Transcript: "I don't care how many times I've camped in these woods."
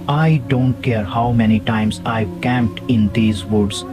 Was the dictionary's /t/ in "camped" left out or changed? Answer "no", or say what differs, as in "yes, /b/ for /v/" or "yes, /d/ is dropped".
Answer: no